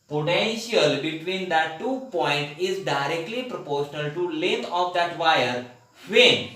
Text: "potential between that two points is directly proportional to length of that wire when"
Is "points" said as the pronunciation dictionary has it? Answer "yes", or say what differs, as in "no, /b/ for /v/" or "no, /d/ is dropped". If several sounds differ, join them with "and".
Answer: no, /s/ is dropped